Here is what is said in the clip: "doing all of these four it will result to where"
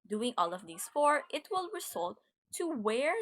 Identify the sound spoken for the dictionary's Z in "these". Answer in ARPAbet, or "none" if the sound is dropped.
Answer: S